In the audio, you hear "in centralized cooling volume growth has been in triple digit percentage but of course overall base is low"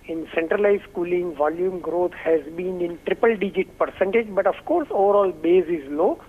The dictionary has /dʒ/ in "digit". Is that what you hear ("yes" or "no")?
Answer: yes